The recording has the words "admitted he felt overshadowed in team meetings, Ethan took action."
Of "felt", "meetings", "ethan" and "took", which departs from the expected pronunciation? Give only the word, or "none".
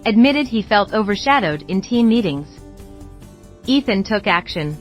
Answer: none